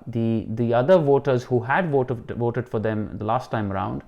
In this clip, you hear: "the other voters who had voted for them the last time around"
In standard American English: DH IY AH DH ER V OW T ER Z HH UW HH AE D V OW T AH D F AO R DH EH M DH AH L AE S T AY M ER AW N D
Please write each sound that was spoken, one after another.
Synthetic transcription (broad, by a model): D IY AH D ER V OW T ER Z HH UW HH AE D V OW T AH D F AO R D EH M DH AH L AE S T AY M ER AW N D